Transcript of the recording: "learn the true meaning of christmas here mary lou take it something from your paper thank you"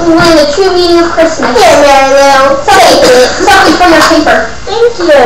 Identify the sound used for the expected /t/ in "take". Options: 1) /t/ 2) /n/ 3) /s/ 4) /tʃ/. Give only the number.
3